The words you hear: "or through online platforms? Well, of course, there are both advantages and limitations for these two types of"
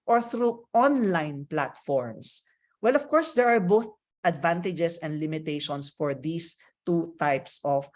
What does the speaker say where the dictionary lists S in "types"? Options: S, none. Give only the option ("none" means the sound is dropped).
S